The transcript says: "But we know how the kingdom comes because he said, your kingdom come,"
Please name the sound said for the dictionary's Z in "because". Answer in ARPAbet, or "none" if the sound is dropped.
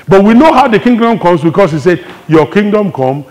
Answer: S